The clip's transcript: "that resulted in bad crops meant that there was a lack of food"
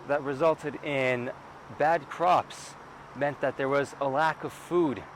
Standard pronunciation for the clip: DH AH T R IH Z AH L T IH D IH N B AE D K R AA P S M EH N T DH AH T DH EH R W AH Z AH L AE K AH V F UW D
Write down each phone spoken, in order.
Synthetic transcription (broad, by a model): DH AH T R IH Z AH L T IH D IH N B AE D K R AA P S M EH N DH AH T DH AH R W AH Z AH L AE K AH V F UW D